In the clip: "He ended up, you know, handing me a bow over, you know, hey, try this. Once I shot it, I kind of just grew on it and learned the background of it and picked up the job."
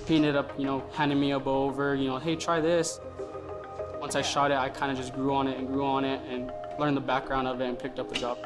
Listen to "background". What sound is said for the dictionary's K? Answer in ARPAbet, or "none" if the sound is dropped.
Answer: K